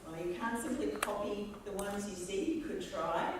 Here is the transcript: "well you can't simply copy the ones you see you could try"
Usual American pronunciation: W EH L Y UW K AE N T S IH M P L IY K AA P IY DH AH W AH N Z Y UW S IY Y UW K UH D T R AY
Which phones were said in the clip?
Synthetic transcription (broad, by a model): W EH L Y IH K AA N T S IH M P L IY K AA P IY DH AH W AH N Z Y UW S IY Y K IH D T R AY